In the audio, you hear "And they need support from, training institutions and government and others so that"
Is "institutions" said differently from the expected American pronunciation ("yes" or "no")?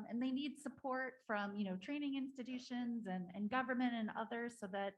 no